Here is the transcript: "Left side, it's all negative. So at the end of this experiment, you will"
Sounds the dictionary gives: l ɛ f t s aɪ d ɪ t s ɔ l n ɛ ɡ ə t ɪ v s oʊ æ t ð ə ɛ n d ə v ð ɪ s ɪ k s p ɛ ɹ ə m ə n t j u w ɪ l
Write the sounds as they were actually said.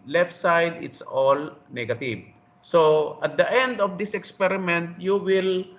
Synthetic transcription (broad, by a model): l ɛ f t s aɪ d ɪ t s ɔ l n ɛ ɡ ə t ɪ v s oʊ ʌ t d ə ɛ n d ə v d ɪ s ɪ k s p ɛ ɹ ə m ə n t j u w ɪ l